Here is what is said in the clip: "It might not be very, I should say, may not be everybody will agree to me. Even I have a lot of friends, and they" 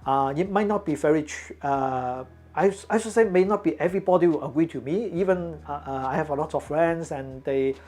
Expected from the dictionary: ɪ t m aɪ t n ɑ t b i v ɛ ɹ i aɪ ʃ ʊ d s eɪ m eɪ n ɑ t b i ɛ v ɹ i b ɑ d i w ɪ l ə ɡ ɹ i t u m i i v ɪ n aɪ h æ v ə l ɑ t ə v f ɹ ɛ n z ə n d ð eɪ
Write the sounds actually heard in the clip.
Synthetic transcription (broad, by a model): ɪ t m aɪ t n ɑ t b i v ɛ ɹ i aɪ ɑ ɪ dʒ s eɪ m eɪ n ɑ t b i ɛ v ɹ i b ɑ d i w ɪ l ə ɡ ɹ i t u m i i v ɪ n aɪ h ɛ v ə l ɑ t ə f f ɹ ɛ n s ə n d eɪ